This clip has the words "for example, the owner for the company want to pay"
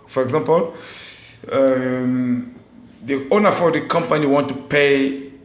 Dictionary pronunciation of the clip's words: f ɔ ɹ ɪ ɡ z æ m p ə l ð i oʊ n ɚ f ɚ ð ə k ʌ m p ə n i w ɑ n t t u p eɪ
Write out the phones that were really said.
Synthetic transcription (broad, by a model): f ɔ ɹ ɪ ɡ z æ m p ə l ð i oʊ n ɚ f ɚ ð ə k ʌ m p ə n i w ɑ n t t u p eɪ